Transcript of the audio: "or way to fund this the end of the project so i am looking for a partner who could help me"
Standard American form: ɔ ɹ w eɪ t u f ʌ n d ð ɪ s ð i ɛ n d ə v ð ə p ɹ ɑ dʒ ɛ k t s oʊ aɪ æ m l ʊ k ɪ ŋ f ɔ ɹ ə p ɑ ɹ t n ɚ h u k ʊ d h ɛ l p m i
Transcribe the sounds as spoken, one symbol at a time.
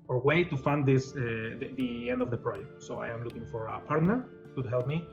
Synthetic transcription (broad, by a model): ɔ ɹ w eɪ t u f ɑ n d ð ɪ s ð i ɛ n d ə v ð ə p ɹ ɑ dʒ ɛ k t s oʊ aɪ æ m l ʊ k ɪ ŋ f ɔ ɹ ə p ɑ ɹ t n ɚ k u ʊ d h ɛ l p m i